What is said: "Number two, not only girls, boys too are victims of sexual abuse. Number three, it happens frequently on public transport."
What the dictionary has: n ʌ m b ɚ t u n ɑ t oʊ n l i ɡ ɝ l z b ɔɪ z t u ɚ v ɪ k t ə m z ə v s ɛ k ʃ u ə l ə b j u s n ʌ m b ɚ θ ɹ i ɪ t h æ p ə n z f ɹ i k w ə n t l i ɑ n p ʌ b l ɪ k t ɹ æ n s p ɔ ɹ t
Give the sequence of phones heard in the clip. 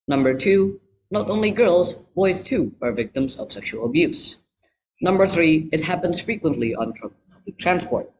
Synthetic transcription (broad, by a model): n ʌ m b ɚ t u n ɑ t oʊ n l i ɡ ɝ l z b ɔɪ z t u ɚ v ɪ k t ə m z ə v s ɛ k ʃ u ə l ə b j u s n ʌ m b ɚ θ ɹ i ɪ t h æ p ə n z f ɹ i k w ə n t l i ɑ n p ʌ b l ɪ k t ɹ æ n s p ɔ ɹ t